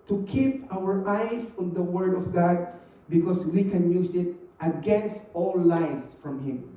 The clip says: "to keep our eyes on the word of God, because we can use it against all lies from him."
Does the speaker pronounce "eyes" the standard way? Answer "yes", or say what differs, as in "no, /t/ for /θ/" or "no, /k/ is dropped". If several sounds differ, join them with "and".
no, /s/ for /z/